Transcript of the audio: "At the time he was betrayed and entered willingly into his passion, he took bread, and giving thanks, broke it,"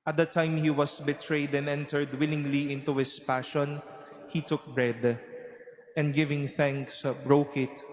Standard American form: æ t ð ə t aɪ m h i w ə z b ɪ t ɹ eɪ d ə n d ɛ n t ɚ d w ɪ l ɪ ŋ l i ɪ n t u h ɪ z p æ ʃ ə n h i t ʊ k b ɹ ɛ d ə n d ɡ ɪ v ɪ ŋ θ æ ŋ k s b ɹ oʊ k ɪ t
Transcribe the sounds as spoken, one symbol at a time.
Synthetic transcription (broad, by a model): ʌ t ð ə t aɪ m h i w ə s b ɪ t ɹ eɪ d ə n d ɛ n t ɚ d w ɪ l ɪ ŋ l i ɪ n t u h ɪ s p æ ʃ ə n h i t ʊ k b ɹ ɛ d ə n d ɡ ɪ v ɪ ŋ θ æ ŋ k s b ɹ oʊ k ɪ t